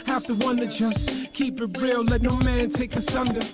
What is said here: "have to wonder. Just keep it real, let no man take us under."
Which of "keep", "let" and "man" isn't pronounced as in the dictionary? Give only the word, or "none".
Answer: none